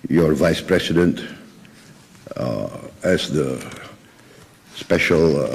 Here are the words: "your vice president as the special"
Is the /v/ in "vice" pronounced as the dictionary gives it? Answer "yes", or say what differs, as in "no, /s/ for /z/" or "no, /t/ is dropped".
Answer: yes